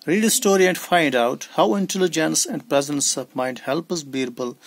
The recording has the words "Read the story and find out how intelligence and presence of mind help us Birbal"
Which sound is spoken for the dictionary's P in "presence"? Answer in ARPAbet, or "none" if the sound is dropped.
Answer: P